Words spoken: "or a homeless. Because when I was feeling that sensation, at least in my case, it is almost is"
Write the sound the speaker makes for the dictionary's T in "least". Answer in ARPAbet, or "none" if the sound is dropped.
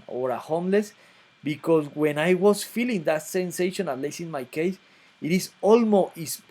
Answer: none